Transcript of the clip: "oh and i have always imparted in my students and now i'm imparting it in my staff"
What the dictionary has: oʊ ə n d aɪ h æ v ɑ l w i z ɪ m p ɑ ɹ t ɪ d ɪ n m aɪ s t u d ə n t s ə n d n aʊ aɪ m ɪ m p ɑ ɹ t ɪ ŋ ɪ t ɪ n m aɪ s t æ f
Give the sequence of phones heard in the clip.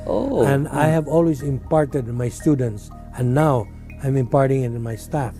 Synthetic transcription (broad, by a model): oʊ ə n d aɪ h æ v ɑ l w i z ɪ m p ɑ ɹ t ɪ d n m aɪ s t u d ə n t s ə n n aʊ aɪ m ɪ m p ɑ ɹ t ɪ ŋ ɪ t ɪ n m aɪ s t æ f